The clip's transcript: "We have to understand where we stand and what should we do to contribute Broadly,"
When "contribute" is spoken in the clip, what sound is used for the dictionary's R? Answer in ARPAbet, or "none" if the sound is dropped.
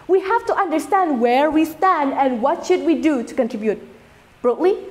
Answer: R